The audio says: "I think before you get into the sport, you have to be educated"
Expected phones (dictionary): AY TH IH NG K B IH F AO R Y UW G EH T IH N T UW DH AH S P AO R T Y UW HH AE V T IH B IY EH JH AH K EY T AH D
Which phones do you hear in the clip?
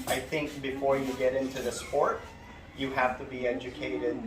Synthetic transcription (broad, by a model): AY TH IH NG K B IH F AO R Y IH G EH T IH N T UW DH AH S P AO R T Y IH HH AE F T IH B IY EH JH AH K EY T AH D